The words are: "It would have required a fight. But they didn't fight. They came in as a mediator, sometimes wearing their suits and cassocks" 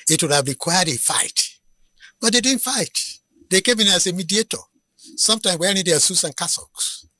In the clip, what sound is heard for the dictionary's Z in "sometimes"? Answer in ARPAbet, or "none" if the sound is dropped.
none